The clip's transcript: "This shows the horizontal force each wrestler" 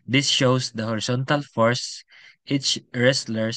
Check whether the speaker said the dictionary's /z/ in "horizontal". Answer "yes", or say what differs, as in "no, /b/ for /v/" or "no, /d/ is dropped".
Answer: no, /s/ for /z/